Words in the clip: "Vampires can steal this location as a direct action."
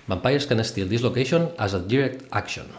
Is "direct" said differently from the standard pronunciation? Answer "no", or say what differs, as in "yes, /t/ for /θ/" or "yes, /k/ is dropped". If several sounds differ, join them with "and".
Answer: no